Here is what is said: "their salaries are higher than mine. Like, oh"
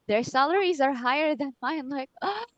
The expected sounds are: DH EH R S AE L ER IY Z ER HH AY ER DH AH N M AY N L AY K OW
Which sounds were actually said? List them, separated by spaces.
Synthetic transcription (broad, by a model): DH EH R S AE L ER IY Z ER HH AY ER DH AH N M AY N L AY K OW